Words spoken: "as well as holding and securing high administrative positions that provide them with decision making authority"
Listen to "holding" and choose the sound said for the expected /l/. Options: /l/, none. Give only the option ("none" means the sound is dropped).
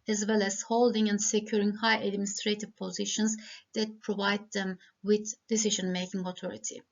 /l/